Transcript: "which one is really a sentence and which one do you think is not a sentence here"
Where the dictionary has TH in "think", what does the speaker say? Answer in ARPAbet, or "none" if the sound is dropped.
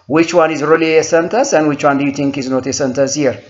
T